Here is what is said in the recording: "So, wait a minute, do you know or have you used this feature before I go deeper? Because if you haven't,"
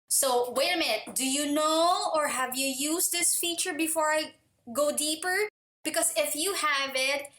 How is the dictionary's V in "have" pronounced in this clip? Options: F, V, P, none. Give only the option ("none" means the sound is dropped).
V